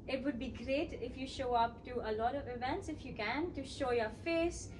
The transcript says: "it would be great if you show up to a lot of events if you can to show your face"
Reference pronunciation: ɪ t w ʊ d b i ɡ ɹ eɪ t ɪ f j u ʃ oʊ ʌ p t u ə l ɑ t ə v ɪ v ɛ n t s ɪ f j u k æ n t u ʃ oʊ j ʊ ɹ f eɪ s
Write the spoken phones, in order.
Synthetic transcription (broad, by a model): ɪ t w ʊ d b i ɡ ɹ eɪ t ɪ f j u ʃ oʊ ʌ p t u ə l ɑ t ə v ɪ v ɛ n t s ɪ f j u k æ n t u ʃ oʊ j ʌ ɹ f eɪ s